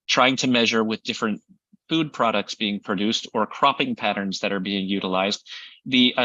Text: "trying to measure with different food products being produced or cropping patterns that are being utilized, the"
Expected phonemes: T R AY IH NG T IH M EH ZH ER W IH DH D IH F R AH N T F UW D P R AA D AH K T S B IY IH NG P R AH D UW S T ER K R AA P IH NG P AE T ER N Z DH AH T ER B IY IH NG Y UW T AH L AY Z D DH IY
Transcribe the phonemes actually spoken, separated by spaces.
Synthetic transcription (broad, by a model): T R AY IH NG T IH M EH ZH ER W IH DH D IH F R AH N T F UW D P R AA D AH K T S B IY IH NG P R AH D UW S T ER K R AA P IH NG P AE T ER N Z DH AH T ER B IY IH NG Y UW T AH L AY Z D DH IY